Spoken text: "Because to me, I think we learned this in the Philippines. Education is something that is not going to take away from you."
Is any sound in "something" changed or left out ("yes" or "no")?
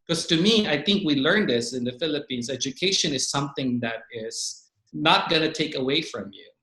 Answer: no